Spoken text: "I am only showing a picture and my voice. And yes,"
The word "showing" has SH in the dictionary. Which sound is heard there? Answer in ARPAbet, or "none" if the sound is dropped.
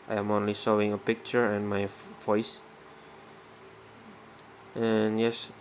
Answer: S